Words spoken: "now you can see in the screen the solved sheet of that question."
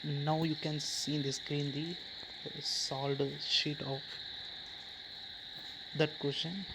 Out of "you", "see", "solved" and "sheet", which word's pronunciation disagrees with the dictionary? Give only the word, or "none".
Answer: solved